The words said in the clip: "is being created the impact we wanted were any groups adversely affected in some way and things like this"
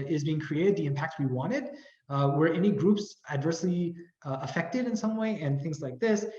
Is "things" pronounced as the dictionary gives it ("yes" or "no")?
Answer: yes